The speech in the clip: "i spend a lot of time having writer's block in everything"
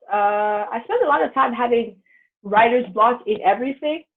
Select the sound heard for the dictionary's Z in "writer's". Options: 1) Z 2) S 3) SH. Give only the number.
1